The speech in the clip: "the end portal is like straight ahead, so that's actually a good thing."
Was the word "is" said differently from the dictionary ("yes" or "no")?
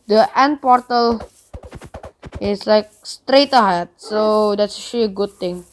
yes